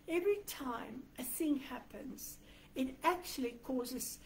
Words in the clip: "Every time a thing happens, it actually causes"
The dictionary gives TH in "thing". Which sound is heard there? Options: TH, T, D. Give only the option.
TH